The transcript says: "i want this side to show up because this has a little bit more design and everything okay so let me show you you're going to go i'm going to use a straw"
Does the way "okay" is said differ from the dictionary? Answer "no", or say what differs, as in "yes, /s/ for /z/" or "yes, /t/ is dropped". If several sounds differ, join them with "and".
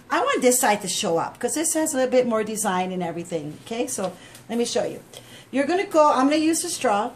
no